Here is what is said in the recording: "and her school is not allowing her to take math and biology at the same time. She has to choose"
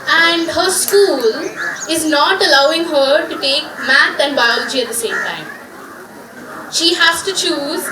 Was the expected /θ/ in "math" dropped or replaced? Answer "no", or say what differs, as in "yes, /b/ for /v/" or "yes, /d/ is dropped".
yes, /t/ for /θ/